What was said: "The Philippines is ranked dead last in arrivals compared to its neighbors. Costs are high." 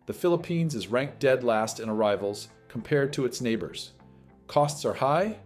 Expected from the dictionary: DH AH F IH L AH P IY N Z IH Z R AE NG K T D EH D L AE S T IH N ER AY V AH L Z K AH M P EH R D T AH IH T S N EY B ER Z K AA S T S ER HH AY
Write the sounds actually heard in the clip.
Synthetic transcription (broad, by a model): DH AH F IH L AH P IY N Z IH Z R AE NG K D EH D L AE S T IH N ER AY V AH L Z K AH M P EH R D T AH IH T S N EY B ER Z K AA S T S ER HH AY